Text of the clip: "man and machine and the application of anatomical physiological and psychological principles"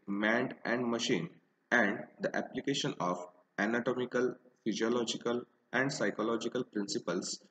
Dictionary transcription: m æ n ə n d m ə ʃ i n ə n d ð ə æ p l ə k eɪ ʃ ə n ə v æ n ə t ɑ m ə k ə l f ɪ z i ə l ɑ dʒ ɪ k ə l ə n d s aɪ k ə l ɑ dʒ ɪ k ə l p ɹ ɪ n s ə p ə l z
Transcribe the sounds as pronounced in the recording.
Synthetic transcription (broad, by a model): m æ n ə n d m ə ʃ i n ə n d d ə æ p l ə k eɪ ʃ ə n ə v æ n ə t ɑ m ə k ə l f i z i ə l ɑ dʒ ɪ k ə l ə n d s aɪ k ə l ɑ dʒ ɪ k ə l p ɹ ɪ n s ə p ə l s